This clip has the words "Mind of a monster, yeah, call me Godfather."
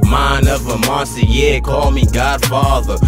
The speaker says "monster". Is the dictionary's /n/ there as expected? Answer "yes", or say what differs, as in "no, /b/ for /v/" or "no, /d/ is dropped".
no, /n/ is dropped